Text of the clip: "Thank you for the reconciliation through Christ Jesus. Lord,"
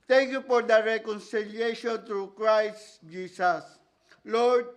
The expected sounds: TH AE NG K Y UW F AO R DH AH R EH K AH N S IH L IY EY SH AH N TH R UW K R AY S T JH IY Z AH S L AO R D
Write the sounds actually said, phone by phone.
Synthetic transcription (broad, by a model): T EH NG K Y UW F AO R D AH R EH K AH N S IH L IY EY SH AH N T R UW K R AY S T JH IY S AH S L AO R D